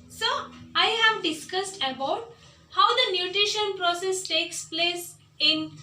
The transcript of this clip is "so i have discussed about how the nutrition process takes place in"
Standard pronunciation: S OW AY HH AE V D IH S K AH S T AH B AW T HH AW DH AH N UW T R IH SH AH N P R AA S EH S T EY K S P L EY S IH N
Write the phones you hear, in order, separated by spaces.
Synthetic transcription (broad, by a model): S OW AY HH AE V D IH S K AH S T AH B AW T HH AW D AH N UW T R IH SH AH N P R AA S EH S T EY K S P L EY S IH N